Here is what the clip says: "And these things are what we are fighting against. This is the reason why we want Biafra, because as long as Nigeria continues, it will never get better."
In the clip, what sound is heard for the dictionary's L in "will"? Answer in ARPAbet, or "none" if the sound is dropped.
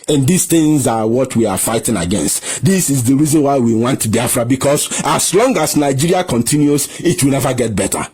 L